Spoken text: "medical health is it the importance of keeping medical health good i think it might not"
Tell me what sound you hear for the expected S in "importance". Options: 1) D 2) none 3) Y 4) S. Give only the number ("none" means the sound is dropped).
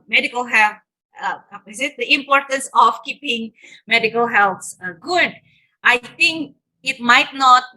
4